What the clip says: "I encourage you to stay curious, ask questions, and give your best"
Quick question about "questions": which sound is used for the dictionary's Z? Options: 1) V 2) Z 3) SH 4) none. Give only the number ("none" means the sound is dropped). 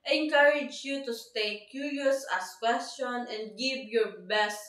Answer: 4